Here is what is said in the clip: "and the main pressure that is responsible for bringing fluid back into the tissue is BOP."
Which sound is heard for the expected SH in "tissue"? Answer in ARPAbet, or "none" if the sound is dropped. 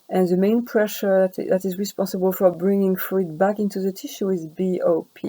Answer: SH